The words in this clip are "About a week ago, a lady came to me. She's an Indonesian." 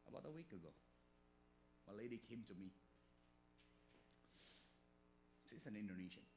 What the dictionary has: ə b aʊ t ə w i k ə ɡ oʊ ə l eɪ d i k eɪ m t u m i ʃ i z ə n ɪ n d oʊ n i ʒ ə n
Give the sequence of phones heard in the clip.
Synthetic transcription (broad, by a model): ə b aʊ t ə w i k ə ɡ oʊ ə l eɪ d i k eɪ m t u m i s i s ə n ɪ n d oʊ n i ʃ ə n